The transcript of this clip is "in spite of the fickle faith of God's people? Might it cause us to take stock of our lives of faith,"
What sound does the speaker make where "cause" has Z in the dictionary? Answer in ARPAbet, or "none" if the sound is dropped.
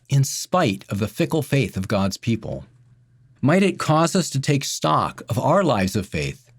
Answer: Z